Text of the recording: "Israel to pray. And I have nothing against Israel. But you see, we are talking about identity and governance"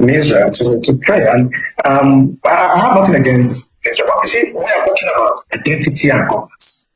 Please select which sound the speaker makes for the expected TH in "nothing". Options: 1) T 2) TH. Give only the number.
1